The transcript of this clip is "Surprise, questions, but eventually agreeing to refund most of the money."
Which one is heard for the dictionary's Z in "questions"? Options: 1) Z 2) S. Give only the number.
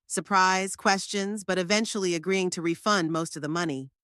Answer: 1